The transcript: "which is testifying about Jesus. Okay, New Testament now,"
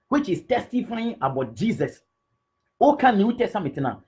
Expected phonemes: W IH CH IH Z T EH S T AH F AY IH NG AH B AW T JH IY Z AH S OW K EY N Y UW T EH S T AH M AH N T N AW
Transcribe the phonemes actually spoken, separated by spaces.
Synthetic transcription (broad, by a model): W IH CH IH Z T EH S T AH F AY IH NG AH B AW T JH IY S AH S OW K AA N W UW T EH S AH M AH T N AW